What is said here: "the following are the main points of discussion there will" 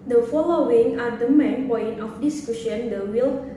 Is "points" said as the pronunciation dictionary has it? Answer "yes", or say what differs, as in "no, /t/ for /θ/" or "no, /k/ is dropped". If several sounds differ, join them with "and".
no, /s/ is dropped